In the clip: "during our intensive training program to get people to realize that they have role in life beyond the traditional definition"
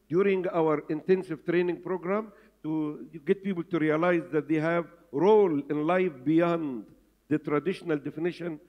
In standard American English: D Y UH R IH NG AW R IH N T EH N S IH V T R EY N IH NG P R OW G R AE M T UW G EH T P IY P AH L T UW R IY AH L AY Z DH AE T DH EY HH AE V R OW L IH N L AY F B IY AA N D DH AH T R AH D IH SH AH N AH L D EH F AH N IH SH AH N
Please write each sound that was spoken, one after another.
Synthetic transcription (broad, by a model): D Y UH R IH NG AW R IH N T EH N S IH V T R EY N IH NG P R OW G R AE M T UW G EH T P IY P AH L T UW R IY AH L AY Z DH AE T DH EY HH AE V R OW L IH N L AY F B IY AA N D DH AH T R AH D IH SH AH N AH L D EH F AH N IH SH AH N